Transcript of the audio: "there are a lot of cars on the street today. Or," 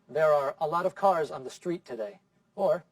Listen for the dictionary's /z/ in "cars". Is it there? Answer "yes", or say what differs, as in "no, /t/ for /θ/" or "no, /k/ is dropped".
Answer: yes